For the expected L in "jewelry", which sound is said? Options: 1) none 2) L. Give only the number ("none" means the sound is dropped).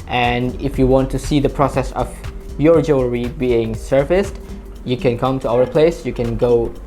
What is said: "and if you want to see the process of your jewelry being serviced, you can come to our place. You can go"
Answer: 1